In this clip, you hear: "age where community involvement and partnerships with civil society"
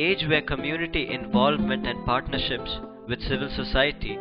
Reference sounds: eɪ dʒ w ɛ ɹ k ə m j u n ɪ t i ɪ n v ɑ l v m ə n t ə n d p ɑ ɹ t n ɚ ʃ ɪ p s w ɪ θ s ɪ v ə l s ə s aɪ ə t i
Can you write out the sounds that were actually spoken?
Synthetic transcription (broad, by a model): eɪ dʒ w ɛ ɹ k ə m j u n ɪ t i ɪ n v ɑ l v m ə n t ə n d p ɑ ɹ t n ɚ ʃ ɪ p s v ɪ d s ɪ v ə l s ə s aɪ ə t i